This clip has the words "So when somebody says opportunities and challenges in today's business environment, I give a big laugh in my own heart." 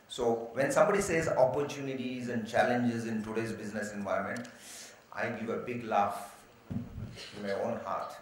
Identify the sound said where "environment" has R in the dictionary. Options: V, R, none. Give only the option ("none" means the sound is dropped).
none